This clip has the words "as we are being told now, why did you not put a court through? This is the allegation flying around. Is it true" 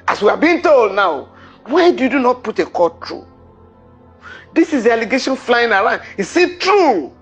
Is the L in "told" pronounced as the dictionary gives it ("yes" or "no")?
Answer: yes